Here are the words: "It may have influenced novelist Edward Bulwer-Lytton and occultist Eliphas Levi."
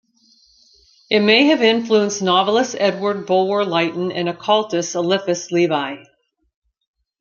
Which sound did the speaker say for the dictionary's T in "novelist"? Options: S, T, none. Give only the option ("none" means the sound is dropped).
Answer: none